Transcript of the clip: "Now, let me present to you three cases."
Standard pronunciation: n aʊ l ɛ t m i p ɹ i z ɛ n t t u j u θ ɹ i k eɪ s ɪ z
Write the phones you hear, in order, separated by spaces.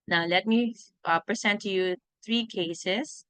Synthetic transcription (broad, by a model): n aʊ l ɛ t m i p ɹ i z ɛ n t t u j u t ɹ i k eɪ s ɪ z